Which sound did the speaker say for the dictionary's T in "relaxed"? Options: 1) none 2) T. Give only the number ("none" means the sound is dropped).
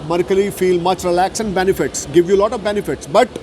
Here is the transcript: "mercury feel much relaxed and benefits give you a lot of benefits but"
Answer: 1